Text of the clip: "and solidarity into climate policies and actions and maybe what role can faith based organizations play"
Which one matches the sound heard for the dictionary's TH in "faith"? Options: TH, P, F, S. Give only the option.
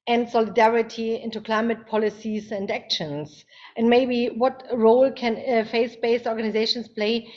S